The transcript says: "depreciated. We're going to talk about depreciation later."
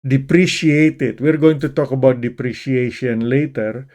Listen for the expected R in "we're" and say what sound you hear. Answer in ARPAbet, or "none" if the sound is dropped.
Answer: R